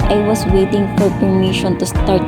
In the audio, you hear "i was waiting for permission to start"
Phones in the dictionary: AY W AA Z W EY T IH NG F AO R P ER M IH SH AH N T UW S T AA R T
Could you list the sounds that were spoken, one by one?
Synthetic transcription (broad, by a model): AY W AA S W EY T IH NG F AO R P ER M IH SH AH N T UW S T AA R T